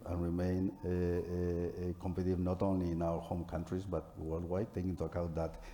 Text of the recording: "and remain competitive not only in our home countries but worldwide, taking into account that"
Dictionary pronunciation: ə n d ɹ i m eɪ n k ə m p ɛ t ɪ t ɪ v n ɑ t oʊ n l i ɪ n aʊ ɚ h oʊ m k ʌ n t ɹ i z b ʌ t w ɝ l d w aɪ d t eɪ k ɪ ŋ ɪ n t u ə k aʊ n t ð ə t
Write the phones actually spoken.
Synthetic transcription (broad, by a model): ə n ɹ i m eɪ n k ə m p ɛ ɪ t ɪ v n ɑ t oʊ n l i n aʊ ɚ h oʊ m k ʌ n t ɹ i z b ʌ t w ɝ l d w aɪ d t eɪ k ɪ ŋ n t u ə k aʊ t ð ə t